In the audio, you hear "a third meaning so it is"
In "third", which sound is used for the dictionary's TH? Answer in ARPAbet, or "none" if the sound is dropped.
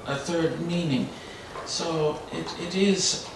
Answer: TH